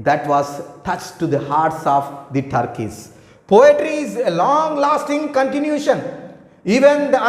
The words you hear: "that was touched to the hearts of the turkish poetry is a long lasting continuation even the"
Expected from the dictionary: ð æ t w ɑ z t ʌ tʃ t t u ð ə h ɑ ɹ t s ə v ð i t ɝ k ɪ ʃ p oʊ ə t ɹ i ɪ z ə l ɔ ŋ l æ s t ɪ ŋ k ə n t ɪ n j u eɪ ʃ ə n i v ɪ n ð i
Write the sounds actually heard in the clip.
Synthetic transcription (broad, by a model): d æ t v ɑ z t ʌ tʃ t t u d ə h ɑ ɹ t s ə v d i t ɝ k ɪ s p oʊ ə t ɹ i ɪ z ə l ɔ ŋ l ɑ s t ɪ ŋ k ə n t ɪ n j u ʃ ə n i v ɪ n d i